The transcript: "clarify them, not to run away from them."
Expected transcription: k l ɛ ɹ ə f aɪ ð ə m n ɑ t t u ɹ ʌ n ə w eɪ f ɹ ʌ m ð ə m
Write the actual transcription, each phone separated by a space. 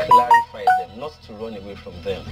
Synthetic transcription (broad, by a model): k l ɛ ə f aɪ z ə n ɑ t t u ɹ ʌ n ə w eɪ f ɹ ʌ m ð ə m